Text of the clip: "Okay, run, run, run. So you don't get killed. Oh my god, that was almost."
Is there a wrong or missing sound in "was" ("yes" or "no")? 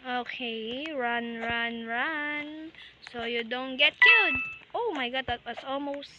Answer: yes